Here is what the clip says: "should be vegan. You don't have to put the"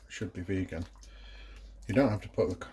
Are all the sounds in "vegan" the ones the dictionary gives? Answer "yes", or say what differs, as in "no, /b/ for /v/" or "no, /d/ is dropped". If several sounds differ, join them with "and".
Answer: yes